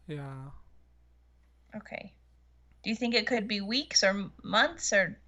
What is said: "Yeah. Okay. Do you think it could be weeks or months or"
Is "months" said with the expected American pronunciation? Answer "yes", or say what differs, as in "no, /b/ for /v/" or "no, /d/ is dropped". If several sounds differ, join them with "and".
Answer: yes